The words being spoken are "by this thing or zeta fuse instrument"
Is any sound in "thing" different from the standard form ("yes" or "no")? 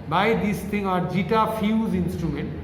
yes